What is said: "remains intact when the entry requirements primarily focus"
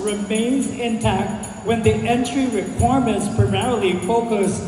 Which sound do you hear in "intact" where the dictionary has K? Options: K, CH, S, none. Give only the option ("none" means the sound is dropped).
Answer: K